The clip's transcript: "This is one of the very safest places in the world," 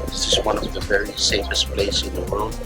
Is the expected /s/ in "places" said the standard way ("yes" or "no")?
no